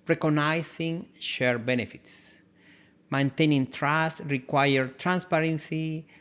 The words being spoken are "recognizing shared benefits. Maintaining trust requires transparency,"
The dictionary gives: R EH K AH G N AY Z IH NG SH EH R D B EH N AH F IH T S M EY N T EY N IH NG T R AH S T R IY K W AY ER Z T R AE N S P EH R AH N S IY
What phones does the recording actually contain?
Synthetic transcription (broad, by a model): R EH K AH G N AY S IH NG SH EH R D B EH N AH F IH T S M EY N T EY N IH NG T R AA S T R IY K W AY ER T R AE N S P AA R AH N S IY